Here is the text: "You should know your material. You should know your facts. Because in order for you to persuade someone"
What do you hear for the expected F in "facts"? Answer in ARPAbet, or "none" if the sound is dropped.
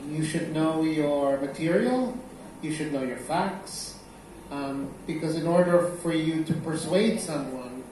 F